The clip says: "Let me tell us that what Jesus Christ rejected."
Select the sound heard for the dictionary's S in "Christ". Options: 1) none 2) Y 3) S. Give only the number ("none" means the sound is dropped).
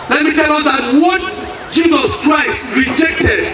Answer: 3